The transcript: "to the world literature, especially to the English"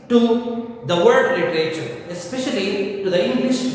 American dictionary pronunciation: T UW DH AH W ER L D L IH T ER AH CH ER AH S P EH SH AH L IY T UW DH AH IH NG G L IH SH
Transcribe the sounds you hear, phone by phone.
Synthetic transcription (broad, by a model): T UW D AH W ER D L IH T ER AH CH ER AH S P EH SH AH L IY T UW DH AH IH NG G L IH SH